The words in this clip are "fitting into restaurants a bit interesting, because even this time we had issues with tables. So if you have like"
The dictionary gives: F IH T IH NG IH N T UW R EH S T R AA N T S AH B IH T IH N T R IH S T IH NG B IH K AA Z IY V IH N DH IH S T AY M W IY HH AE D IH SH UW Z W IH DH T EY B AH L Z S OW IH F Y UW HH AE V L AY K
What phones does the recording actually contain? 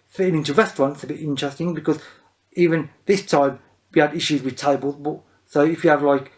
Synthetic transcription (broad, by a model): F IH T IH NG IH N T UW R EH S T R AA N T S AH B IH T IH N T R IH S T IH NG B IH K AA Z IY V IH N DH IH S T AY M W IY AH D IH SH UW Z W IH DH T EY B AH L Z S OW IH F Y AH V L AY K